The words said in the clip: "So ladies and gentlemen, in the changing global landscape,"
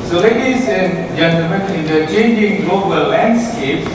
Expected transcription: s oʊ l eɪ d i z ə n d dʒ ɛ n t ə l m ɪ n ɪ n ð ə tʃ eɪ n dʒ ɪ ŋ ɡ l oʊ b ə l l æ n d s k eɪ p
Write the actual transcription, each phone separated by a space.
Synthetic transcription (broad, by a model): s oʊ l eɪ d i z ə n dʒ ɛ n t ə m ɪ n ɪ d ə tʃ eɪ n dʒ ɪ ŋ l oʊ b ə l l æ n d s k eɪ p